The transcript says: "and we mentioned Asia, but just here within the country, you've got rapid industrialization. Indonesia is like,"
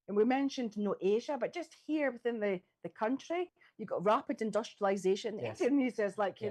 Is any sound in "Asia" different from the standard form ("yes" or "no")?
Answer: no